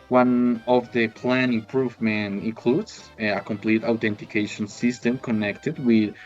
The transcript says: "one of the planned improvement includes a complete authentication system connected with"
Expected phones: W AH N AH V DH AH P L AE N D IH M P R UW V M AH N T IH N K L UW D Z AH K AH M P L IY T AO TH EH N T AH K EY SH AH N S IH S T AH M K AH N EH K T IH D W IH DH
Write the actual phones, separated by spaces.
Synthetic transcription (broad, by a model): W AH N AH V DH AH P L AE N IH M P R UW V M AH N T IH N K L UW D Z AH K AH M P L IY T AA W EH N T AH K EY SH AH N S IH S T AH M K AH N EH K T IH D W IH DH